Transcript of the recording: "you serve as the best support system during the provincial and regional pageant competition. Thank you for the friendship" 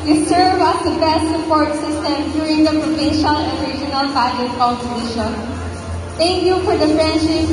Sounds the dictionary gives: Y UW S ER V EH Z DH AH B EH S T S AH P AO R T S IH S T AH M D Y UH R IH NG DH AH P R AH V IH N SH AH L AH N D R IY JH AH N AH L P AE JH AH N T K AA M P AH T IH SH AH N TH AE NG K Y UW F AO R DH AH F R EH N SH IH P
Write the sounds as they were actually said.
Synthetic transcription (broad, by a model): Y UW S ER V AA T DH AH B EH S T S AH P AO R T S IH S T AH M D Y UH R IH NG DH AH P R AH V IH N SH AH L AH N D R IY JH AH N AH L B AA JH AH T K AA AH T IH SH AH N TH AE NG K Y UW F AO R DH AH F R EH N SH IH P